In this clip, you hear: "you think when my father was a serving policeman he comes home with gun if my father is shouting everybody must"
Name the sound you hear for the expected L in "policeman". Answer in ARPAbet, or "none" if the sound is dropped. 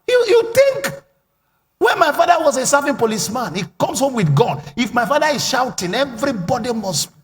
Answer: L